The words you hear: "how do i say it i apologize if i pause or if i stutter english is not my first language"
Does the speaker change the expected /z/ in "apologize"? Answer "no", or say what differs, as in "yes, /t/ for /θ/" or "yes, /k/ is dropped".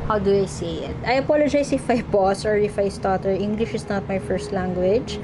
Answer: yes, /s/ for /z/